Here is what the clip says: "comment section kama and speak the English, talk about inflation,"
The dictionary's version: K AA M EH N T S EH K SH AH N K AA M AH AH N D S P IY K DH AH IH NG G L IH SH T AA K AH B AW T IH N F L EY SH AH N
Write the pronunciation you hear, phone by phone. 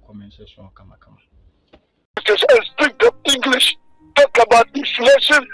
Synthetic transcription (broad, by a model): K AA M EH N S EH SH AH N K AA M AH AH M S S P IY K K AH IH NG G L IH SH T AA K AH B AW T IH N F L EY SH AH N